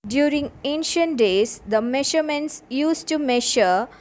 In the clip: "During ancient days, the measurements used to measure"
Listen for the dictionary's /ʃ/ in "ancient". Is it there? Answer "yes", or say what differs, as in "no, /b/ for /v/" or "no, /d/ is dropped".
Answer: yes